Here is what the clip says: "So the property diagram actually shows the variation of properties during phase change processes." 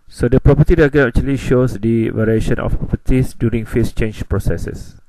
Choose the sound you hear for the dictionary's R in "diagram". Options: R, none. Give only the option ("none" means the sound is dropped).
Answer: none